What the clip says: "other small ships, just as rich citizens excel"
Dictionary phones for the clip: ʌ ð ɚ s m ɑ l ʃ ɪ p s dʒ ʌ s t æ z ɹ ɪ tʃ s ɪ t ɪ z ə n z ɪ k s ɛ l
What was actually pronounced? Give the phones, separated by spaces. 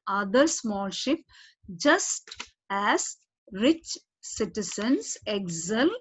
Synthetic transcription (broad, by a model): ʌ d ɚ s m ɑ l ʃ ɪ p dʒ ʌ s t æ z ɹ ɪ tʃ s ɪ t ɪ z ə n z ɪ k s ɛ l